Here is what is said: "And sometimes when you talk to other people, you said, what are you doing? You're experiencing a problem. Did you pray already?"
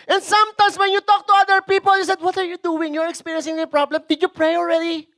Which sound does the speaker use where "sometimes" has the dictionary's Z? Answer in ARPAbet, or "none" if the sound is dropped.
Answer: S